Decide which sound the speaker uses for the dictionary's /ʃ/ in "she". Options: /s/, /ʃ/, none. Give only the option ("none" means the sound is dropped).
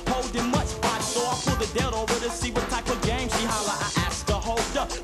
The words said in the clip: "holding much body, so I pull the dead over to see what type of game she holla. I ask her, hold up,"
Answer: /s/